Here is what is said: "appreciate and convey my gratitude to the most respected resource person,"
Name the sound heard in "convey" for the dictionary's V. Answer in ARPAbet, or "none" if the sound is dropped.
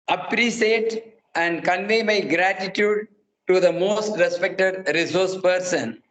V